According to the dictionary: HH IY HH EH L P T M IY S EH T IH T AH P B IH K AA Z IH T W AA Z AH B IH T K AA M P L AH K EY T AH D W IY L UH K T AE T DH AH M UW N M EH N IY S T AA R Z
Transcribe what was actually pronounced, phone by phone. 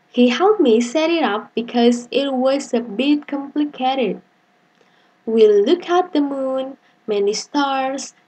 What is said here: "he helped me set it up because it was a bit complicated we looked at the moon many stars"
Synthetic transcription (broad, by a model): HH IY HH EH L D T M IY S EH T IH T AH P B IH K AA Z IH T W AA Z AH B IH T K AA M P L AH K EY T AH D W IY L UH K AE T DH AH M UW N M EH N IY S T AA R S